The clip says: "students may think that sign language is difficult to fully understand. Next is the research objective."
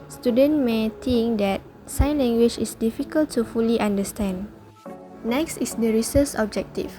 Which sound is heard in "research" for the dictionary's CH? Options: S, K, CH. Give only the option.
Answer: S